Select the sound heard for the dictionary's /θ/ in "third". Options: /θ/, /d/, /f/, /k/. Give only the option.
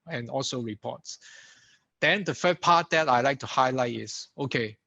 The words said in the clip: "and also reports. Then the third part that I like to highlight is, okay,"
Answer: /f/